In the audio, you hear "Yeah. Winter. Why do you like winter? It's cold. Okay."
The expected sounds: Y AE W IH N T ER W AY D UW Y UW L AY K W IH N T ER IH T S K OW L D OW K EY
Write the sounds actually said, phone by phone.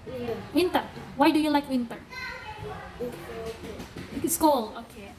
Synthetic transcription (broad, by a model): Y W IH N T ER W AY D UW Y UW L AY K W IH N T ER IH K S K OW L OW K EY